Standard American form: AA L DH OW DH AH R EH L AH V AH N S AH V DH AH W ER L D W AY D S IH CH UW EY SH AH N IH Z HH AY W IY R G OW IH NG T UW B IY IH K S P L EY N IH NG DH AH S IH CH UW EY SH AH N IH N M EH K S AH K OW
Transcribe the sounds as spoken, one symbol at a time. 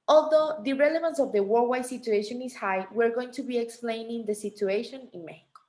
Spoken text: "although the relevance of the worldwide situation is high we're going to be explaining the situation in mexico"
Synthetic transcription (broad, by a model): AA L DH OW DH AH R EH L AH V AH N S AH V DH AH W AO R W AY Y S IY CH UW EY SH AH N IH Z HH AY W IY R G OW IH NG T UW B IY IH K S P L EY N IH NG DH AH S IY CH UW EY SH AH N IH N M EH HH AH K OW